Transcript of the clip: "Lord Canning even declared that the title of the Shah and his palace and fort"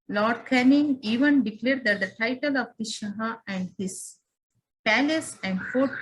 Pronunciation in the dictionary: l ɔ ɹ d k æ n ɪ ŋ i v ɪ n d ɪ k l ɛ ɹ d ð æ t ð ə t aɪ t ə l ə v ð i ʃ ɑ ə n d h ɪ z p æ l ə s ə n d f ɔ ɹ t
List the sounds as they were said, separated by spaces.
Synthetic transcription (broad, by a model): l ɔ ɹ d k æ n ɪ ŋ i v ɪ n d ɪ k l ɛ ɹ d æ t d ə t aɪ t ə l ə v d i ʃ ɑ ə n d h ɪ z p æ l ə s ə n d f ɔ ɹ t